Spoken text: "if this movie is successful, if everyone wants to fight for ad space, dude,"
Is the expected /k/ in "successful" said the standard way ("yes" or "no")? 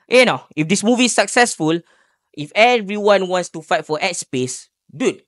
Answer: yes